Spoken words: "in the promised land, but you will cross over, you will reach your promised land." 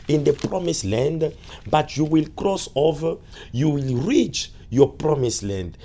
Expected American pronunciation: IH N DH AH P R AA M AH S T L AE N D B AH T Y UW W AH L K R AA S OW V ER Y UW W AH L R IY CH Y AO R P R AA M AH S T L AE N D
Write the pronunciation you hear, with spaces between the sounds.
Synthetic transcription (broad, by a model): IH N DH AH P R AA M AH S L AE N D B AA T Y UW W AH L K R AA S OW V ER Y UW W AH L R IY CH Y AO P R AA M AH S L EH N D